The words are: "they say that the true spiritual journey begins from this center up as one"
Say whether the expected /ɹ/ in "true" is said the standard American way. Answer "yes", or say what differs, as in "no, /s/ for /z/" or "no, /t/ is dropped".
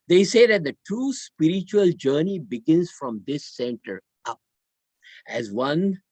no, /ɹ/ is dropped